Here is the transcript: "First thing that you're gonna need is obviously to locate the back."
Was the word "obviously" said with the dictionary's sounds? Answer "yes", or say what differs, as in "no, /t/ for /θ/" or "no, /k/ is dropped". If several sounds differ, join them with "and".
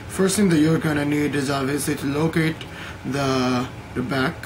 no, /b/ is dropped